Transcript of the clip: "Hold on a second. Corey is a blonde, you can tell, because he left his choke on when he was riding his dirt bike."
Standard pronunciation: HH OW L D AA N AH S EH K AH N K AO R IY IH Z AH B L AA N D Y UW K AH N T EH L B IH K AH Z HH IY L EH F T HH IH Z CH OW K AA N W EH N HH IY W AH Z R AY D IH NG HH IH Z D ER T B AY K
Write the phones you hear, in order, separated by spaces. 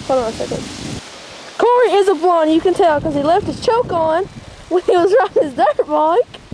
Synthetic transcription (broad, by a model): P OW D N AH S EH K AH N K AO R IY IH Z AH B AA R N Y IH K AH N T EH L K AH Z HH IY L EH F T HH IH Z CH OW K N W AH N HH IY W AH Z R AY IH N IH Z D ER T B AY K